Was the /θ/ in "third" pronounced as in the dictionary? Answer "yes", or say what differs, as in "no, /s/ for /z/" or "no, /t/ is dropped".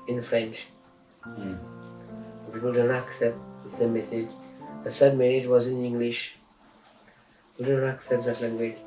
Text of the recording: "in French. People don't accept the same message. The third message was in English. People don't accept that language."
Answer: no, /s/ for /θ/